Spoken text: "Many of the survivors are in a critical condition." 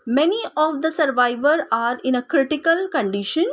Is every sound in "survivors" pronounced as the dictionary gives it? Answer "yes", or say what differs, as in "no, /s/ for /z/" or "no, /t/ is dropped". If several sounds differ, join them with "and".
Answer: no, /z/ is dropped